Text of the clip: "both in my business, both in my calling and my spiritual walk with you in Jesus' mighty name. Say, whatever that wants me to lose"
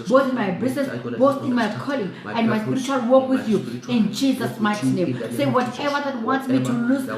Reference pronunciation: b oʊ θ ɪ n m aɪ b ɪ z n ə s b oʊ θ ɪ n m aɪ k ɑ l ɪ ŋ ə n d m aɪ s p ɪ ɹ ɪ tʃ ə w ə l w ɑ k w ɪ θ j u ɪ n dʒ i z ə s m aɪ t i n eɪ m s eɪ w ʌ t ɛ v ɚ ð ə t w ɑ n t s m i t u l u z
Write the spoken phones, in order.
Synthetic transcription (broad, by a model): b oʊ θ ɪ n m aɪ b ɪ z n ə s b oʊ θ ɪ n m aɪ k ɑ l ɪ ŋ ə n d m aɪ s p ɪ ɹ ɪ tʃ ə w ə l w ɑ k w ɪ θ j u ɪ n dʒ i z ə s m aɪ t i n eɪ m s eɪ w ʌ t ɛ v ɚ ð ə t w ɑ n t s m i t u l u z